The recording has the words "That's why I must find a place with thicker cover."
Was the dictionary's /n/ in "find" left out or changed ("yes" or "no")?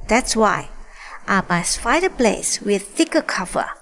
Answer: yes